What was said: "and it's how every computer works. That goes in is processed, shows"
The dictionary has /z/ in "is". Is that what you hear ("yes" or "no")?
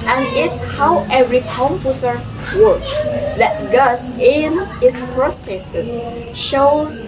no